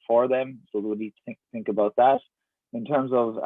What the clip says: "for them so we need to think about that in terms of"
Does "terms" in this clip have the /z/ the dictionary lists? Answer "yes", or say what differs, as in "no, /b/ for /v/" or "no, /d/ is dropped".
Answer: yes